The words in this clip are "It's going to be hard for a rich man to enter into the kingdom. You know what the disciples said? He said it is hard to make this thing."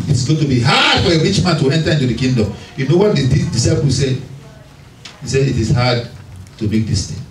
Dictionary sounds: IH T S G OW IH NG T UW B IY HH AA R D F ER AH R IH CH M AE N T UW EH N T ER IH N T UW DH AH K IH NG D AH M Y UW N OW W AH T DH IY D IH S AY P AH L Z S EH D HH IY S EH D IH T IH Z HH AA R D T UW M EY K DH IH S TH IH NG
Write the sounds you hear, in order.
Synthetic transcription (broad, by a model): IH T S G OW T UW B IY HH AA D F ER AH W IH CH M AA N T UW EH N T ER IH N T UW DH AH K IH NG D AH M Y UW N OW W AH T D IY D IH S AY P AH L S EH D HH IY S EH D IH T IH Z HH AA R D T UW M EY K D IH S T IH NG